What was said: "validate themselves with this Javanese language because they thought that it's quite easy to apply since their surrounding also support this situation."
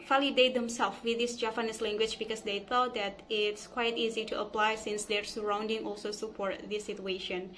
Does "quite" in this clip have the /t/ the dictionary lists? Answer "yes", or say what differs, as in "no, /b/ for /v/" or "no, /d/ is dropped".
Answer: yes